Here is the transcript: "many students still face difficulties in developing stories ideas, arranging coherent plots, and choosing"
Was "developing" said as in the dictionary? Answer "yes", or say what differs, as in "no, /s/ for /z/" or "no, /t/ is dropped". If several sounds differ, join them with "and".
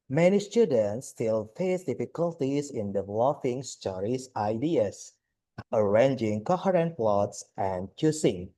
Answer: no, /f/ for /p/